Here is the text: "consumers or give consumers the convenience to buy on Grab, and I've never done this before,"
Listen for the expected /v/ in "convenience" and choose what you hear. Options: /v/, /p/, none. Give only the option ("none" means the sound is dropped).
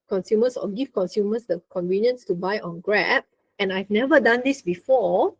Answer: /v/